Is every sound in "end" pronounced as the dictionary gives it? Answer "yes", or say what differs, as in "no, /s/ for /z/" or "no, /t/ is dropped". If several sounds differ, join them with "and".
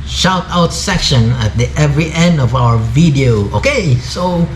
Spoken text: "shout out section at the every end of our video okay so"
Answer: yes